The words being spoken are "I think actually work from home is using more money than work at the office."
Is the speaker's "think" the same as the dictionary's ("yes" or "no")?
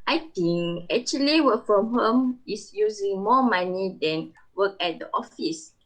no